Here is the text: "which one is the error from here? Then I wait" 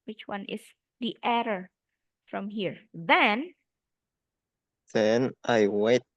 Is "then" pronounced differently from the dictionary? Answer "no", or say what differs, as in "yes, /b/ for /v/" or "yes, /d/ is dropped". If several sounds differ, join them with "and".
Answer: no